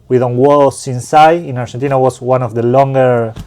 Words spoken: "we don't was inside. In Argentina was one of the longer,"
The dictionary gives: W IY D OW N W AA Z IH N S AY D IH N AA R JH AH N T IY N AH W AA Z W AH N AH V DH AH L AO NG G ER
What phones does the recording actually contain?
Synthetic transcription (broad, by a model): W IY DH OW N W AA S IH N S AY IH N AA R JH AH N T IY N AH W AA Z W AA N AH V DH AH L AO NG G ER